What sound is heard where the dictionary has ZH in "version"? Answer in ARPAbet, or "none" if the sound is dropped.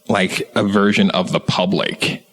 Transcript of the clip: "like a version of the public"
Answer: ZH